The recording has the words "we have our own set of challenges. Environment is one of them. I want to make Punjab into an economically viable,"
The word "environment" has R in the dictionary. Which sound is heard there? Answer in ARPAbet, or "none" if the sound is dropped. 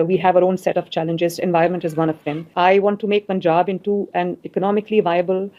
none